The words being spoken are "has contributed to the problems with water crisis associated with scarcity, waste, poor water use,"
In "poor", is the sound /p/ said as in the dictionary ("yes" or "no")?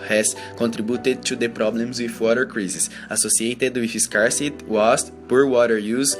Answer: yes